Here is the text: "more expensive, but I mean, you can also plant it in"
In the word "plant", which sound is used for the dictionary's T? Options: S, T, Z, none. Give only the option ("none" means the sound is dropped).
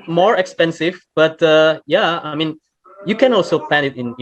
none